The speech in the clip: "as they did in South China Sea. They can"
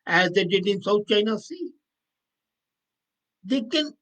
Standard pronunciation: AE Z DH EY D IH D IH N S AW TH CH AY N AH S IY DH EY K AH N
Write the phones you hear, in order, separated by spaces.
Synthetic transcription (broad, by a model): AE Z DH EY D IH D IH N S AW T CH AY N AH S IY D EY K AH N